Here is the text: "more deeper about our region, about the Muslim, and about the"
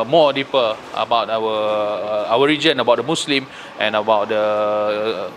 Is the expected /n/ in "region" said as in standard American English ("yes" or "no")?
yes